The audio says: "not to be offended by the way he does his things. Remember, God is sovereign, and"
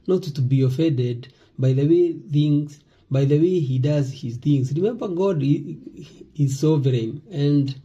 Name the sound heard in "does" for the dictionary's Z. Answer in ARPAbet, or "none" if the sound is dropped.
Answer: Z